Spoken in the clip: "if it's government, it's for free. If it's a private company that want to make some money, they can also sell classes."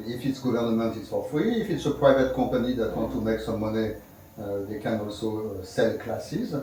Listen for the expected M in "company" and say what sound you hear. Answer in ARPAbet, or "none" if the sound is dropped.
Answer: none